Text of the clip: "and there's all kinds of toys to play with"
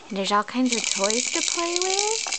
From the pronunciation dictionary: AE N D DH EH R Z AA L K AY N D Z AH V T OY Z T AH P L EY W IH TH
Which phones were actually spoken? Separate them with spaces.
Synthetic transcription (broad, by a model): N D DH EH R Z AA L K AY N D Z AH V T OY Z T AH P L EY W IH